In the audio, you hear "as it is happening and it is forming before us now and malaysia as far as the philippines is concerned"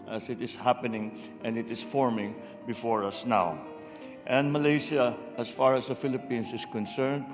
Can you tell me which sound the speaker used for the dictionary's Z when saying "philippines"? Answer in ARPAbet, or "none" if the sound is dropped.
S